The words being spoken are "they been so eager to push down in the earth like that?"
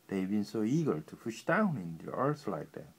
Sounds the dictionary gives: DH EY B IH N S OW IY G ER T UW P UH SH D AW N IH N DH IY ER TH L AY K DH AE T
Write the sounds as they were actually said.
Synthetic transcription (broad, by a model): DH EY B IH N S OW IY G ER T UW F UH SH D AW N IH N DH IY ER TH L AY K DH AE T